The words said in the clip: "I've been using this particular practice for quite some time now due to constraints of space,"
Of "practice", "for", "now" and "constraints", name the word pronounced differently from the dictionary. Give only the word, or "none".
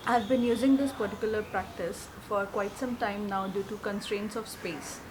none